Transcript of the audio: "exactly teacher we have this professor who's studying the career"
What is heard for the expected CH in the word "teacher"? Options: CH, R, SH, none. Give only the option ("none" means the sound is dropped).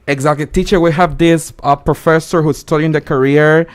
CH